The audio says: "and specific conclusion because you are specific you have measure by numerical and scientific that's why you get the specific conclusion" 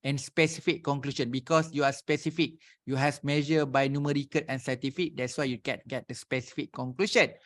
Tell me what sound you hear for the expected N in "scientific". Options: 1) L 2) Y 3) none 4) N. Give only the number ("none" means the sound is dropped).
3